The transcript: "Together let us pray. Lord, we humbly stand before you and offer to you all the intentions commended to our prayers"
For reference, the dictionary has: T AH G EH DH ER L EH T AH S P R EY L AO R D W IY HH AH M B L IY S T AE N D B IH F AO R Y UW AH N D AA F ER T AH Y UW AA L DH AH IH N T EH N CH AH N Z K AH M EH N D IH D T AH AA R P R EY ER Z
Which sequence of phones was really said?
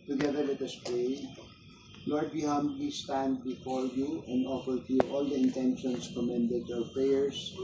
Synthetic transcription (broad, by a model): T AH G EH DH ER W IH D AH S P R EY L AO R D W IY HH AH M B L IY S T AE N D B IH F AO R Y UW AH N D AA F ER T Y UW AA L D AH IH N T EH N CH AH N S K AH M EH N D IH D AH AA R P R EY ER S